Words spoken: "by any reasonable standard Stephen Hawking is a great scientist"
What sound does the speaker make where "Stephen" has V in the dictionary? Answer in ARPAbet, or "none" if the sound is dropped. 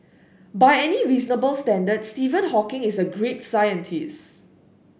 V